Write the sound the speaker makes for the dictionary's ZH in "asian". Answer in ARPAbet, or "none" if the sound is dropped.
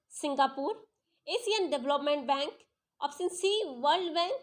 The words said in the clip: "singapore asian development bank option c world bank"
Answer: S